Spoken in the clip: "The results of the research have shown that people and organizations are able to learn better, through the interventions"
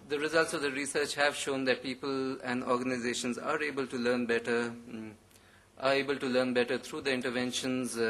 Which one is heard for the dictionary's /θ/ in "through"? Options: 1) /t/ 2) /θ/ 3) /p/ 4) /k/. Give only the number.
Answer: 1